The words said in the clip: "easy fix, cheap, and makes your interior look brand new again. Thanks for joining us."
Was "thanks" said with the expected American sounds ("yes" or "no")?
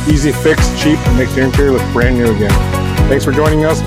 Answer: no